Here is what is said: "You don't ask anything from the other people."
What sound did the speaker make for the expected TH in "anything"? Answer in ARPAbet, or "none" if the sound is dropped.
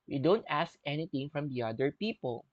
T